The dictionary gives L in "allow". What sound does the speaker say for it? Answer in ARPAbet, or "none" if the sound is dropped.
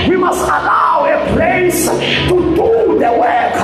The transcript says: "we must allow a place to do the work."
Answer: L